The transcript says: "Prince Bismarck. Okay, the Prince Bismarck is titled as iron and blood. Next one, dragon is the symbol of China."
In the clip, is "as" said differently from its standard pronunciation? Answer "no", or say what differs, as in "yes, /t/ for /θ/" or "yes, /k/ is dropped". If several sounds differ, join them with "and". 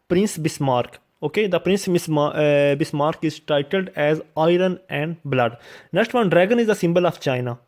no